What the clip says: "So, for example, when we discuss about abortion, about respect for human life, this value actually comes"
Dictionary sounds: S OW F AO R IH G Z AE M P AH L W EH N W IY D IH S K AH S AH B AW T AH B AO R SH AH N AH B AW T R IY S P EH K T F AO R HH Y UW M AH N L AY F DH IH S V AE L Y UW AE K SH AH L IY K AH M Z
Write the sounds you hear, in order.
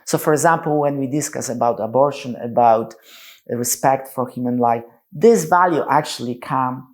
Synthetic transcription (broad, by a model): S OW F AO R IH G Z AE M P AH L W EH N W IY D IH S K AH S AH B AW T AH B AO R SH AH N AH B AW T R IY S P EH K T F AO R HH Y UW M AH N L AY F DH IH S V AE L Y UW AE K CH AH L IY K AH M